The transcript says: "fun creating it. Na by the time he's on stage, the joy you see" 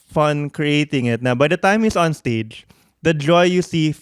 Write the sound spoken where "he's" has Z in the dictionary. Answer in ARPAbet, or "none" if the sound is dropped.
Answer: S